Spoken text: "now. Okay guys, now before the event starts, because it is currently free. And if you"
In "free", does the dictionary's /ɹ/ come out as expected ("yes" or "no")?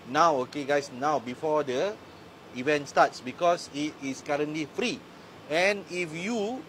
yes